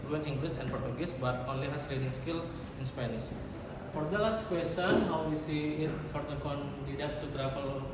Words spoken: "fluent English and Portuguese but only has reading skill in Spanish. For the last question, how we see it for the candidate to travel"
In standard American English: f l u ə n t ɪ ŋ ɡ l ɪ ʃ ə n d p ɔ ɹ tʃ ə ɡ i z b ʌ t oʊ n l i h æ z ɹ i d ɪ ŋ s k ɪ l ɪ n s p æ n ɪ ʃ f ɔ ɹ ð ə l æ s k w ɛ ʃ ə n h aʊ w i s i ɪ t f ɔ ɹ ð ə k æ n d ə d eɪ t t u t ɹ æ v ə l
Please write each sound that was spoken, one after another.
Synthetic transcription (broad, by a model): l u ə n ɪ ŋ ɡ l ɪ s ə n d p ɔ ɹ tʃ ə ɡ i s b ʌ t oʊ n l i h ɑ s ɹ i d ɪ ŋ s k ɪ l ɪ n s p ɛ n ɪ s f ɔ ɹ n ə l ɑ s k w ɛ s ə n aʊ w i s i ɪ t f ɔ ɹ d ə k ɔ n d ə d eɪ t t u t ɹ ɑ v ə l